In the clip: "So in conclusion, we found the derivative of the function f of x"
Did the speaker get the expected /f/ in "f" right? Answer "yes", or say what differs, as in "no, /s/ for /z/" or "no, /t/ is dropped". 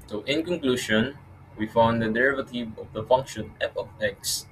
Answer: no, /p/ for /f/